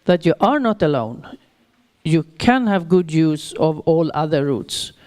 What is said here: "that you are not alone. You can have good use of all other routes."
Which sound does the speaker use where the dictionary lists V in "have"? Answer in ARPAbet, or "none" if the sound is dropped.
V